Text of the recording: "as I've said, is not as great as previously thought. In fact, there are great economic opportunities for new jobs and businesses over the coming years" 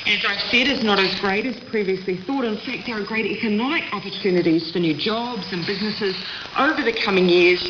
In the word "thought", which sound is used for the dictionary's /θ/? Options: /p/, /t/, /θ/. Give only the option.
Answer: /θ/